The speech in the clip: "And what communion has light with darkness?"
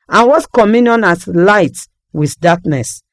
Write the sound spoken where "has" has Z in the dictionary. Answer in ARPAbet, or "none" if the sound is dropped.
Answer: S